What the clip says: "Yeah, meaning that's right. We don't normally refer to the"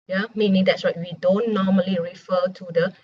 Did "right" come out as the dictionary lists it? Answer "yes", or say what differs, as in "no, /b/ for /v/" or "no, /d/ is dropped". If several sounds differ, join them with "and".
no, /w/ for /ɹ/